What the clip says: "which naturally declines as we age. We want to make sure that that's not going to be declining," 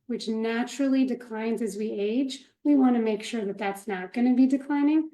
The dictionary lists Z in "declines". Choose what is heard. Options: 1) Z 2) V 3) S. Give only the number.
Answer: 1